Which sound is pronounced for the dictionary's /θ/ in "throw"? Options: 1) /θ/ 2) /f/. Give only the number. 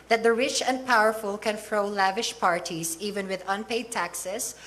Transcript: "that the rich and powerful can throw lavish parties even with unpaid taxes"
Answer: 2